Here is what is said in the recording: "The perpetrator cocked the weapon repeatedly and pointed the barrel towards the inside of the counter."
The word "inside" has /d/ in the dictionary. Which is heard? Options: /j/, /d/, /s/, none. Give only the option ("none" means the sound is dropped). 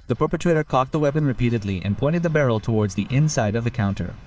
/d/